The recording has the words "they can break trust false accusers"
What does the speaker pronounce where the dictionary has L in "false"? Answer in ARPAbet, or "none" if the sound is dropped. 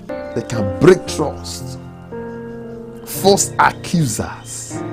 none